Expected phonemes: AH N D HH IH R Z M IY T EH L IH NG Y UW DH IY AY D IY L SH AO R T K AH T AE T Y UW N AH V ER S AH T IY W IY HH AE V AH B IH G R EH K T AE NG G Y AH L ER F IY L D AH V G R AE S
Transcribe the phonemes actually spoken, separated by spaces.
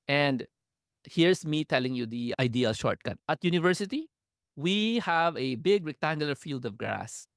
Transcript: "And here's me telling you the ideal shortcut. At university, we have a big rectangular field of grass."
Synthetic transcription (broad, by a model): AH N D HH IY R S M IY T EH L IH NG Y UW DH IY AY D IY L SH AO R T K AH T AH T Y UW N AH V ER S AH T IY W IY HH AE V AH B IH G R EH K T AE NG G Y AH L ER F IY L D AH V G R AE S